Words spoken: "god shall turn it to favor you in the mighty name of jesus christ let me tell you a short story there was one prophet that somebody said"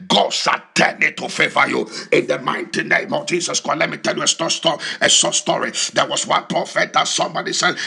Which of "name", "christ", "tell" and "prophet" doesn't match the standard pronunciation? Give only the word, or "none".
christ